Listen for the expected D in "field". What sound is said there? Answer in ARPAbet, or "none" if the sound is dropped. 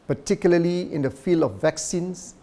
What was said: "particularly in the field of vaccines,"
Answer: D